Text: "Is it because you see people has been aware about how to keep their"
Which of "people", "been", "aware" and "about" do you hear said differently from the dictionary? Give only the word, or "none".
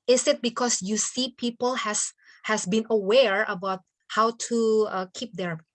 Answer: none